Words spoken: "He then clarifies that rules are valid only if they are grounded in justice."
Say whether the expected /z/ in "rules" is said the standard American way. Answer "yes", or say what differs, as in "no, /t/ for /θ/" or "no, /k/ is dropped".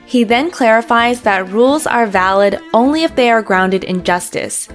yes